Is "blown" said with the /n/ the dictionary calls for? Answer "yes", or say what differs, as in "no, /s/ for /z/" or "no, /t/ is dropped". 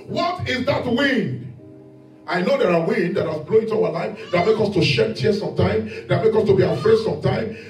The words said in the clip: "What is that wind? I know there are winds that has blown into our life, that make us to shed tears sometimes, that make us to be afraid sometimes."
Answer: no, /n/ is dropped